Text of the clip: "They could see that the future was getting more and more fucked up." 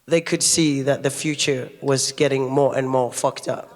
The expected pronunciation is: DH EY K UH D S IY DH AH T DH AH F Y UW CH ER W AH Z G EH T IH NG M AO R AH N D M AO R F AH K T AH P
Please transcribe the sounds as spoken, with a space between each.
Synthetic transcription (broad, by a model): DH EY K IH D S IY DH AH T DH AH F Y UW CH ER W AH Z G EH T IH NG M AO R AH N M AO R F AH K T AH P